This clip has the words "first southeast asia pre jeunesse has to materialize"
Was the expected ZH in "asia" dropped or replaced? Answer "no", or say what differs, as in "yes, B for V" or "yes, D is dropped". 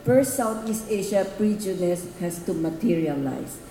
yes, SH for ZH